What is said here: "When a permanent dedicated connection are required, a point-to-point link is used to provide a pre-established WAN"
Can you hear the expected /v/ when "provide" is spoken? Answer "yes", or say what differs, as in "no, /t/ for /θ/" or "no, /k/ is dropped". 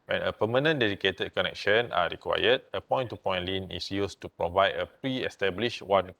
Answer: yes